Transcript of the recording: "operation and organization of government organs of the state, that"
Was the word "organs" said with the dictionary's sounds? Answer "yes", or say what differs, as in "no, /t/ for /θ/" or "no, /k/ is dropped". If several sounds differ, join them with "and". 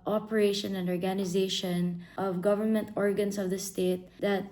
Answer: no, /s/ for /z/